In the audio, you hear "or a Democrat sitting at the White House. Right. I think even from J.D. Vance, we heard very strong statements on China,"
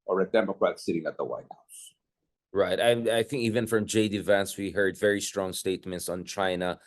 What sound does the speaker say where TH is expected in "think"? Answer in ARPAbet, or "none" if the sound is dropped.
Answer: TH